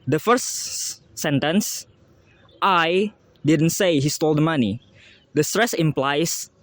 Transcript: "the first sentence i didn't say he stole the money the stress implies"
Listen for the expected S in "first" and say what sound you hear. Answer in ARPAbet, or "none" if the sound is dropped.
none